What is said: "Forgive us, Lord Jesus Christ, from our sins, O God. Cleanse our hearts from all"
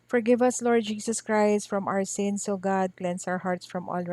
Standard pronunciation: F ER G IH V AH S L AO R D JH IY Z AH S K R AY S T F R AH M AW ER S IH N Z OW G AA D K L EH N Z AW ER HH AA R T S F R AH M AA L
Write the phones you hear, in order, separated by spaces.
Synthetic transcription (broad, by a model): F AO G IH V AH S L AO R D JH IY S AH S K R AY S T F R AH M AW ER S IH N S OW G AA D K L EH N S AW ER HH AA R T S F R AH M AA L